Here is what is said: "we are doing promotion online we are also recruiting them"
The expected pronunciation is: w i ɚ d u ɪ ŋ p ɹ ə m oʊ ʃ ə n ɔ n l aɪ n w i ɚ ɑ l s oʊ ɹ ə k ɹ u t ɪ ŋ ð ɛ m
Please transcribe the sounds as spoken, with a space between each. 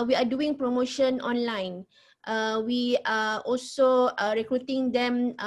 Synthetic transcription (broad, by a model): w i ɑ d u ɪ ŋ p ɹ ə m oʊ ʃ ə n ɔ n l aɪ n w i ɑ ɑ l s oʊ ɹ ə k ɹ u t ɪ ŋ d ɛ m